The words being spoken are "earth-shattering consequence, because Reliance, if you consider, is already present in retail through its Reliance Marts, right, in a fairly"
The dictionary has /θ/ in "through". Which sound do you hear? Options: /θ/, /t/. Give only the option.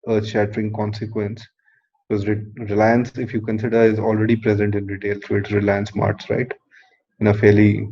/t/